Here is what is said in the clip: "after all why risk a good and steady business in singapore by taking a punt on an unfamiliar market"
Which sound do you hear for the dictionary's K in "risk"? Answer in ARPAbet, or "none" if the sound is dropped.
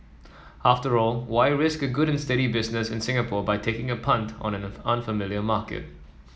K